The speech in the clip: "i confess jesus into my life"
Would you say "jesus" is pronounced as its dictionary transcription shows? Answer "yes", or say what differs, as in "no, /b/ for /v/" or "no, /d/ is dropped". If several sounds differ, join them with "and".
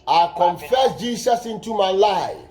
no, /s/ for /z/